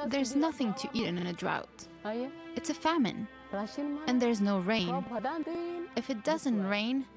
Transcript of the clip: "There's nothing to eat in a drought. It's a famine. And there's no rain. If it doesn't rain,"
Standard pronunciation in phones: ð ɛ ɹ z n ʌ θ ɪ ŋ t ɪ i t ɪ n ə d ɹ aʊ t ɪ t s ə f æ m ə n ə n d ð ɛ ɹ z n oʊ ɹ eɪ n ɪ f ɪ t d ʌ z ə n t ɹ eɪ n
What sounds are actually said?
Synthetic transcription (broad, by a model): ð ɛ ɹ z n ʌ θ ɪ ŋ t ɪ i t ɪ n ə d ɹ aʊ t ɪ t s ə f æ m ə n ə n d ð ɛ ɹ z n oʊ ɹ eɪ n ɪ f ɪ t d ʌ z ə n t ɹ eɪ n